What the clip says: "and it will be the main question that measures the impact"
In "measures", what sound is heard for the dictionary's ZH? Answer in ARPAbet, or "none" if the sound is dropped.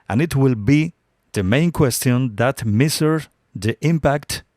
S